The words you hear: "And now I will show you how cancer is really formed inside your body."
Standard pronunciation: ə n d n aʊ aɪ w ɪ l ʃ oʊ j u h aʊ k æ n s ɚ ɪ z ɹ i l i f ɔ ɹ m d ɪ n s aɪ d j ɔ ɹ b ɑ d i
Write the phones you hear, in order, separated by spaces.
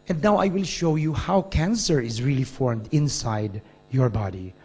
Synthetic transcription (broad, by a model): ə n d n aʊ aɪ w ɪ l ʃ oʊ j u h aʊ k æ n s ɚ ɪ z ɹ i l i f ɔ ɹ m d ɪ n s aɪ d j ɔ ɹ b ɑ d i